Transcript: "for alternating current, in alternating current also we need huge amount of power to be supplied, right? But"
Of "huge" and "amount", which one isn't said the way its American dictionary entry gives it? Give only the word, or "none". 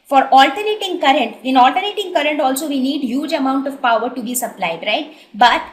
none